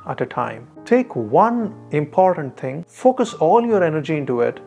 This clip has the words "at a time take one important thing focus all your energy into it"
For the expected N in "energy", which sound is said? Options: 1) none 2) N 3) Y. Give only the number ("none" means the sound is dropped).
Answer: 2